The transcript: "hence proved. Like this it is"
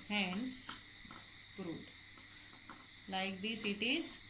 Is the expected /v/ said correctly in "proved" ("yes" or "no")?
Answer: no